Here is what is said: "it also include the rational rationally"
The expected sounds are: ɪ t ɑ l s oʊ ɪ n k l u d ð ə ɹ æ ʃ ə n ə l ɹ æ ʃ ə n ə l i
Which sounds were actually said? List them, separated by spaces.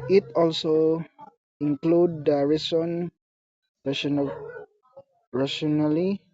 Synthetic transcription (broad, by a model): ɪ t ɑ l s oʊ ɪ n k l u d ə ɹ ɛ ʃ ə n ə n ɹ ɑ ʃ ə n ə l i